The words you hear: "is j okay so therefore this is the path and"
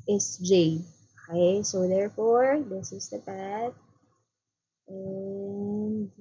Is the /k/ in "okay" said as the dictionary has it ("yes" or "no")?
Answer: no